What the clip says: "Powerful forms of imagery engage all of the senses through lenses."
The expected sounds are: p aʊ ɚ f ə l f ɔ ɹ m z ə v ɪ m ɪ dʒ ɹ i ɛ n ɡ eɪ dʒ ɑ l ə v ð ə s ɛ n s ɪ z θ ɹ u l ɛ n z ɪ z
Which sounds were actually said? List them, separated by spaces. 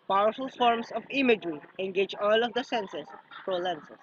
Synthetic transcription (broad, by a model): p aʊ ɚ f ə l f ɔ ɹ m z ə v ɪ m ɪ dʒ ɹ i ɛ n ɡ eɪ dʒ ɑ l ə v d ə s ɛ n s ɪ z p ɹ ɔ l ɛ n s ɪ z